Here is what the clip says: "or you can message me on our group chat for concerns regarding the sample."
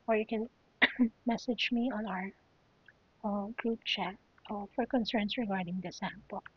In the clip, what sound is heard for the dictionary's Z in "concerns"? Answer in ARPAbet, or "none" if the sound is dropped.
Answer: S